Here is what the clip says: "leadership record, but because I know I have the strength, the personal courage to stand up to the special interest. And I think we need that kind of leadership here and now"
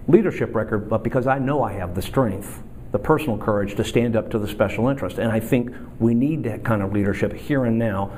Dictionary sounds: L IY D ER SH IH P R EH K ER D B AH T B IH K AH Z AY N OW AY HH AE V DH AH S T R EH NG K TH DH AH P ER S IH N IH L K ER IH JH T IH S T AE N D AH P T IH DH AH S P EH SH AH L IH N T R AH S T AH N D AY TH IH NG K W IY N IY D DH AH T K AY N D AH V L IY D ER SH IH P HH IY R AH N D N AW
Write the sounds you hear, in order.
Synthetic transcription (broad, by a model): L IY D ER SH IH P R EH K ER D B AH T B IH K AH Z AY N OW AY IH V DH AH S T R EH NG K TH DH AH P ER S N L K ER IH JH T IH S T AE N D AH P T IH DH AH S P EH SH L IH N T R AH S T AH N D AY TH IH NG K W IY N IY D DH AH T K AY N D AH V L IY D ER SH IH P HH IY R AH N N AW